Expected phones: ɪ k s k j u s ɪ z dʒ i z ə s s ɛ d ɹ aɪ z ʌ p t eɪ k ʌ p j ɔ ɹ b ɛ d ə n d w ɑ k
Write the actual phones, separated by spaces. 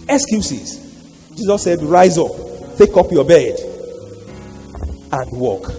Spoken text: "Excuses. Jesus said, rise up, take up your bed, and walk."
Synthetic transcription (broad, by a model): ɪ k s k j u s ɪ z dʒ i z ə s s ɛ d ɹ aɪ z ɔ p t eɪ k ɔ p j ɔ b ɛ d ə n d w ɑ k